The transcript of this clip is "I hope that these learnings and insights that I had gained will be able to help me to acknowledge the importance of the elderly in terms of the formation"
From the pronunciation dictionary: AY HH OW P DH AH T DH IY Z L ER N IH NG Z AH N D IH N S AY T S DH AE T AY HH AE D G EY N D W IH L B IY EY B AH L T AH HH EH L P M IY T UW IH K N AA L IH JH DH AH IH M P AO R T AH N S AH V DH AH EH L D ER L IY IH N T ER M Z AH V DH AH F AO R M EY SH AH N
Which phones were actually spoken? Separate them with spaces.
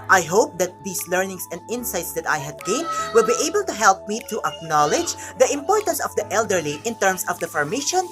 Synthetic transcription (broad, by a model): AY HH OW P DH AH T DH IY S L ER N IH NG S AH N D IH N S AY T S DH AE T AY HH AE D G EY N W IH L B IY EY B AH L T AH HH EH L P M IY T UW IH K N AA L IH JH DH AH IH M P AO R T AH N S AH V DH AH EH L D ER L IY IH N T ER M S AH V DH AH F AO R M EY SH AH N